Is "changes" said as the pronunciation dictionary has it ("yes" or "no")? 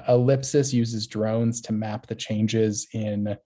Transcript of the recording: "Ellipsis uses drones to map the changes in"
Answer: yes